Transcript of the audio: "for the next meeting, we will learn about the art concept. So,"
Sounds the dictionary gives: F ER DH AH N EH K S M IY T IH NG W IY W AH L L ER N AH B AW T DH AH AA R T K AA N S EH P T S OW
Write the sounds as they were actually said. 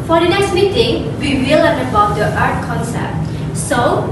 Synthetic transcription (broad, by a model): F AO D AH N EH K S M IY T IH NG W IY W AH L L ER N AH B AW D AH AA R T K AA N S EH T S OW